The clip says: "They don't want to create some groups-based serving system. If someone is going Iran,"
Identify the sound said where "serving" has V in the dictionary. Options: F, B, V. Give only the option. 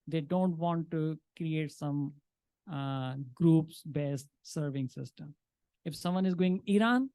V